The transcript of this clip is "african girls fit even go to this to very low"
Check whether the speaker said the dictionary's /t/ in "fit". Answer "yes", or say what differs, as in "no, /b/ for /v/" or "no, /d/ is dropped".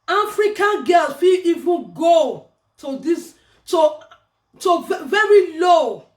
no, /t/ is dropped